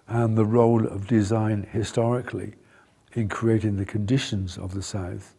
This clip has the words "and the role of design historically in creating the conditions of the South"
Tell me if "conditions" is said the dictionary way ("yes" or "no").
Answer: yes